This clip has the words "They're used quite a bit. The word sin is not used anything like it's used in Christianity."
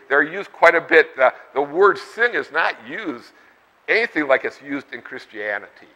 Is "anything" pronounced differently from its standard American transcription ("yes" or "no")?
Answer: no